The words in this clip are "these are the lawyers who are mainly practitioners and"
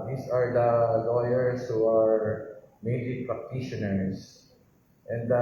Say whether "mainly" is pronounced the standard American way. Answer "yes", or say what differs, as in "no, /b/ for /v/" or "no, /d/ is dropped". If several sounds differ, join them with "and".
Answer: no, /n/ is dropped